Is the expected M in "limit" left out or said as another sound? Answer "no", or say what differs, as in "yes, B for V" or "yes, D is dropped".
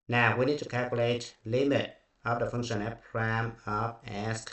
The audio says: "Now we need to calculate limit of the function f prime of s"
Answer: no